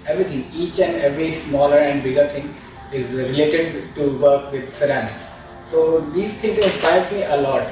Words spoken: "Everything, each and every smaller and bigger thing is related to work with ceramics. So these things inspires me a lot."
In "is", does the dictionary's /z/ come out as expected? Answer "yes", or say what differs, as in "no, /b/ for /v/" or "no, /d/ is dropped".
yes